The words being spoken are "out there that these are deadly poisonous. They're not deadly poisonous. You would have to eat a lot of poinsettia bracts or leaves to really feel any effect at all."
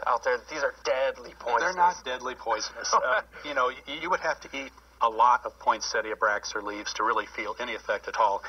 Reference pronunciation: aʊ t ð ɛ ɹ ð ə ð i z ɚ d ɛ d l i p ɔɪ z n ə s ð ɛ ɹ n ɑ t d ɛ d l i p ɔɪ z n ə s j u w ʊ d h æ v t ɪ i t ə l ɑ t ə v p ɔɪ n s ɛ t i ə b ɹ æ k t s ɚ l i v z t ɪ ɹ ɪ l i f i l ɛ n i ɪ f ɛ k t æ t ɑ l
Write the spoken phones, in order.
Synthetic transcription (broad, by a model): aʊ t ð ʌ ɹ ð ð i z ɚ d ɛ d l i p ɔɪ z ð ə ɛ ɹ n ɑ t d ɛ d l i p ɔɪ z n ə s j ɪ w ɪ d h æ f t ɪ i t ə l ɑ t ə v p ɔɪ n s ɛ t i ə b ɹ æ k s ɚ l i v z t ɪ ɹ ɪ l i f i l ɛ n i ɪ f ɛ k t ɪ t ɑ l